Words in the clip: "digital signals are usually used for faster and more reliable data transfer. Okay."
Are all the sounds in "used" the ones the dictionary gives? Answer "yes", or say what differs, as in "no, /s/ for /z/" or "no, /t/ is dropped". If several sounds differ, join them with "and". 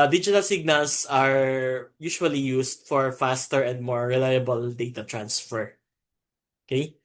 no, /s/ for /z/